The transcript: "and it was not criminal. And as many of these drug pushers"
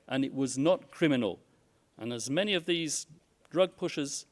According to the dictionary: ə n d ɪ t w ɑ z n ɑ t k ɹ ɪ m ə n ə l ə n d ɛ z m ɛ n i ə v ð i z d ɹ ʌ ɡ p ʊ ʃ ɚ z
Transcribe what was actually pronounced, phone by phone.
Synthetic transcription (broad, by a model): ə n ɪ t w ɑ z n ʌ t k ɹ ɪ m ə n ə l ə n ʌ z m ɛ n i ə v ð i z d ɹ ʌ ɡ p ʊ ʃ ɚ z